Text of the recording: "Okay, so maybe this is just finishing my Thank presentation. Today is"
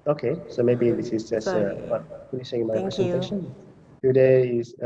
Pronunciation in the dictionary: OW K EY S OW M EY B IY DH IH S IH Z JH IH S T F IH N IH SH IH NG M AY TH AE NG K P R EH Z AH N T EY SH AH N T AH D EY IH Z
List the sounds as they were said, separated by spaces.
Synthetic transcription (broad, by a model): OW K EY S OW M EY B IY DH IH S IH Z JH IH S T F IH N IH S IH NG M AY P R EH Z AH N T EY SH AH N T AH D EY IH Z